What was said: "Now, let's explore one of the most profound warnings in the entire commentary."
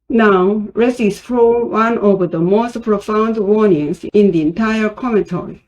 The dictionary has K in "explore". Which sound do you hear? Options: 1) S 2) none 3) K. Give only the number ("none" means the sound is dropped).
2